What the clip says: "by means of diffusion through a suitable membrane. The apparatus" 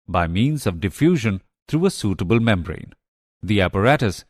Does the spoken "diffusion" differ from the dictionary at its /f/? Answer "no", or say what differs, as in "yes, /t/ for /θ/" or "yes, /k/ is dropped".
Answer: no